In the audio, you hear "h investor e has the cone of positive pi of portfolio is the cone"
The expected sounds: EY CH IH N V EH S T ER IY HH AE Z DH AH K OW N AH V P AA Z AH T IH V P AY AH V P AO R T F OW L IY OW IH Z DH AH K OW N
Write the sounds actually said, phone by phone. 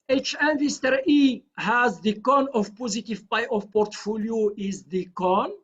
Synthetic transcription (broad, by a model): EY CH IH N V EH S T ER IY HH AE Z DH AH K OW N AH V P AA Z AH T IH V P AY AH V P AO R T F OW L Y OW IH Z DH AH K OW N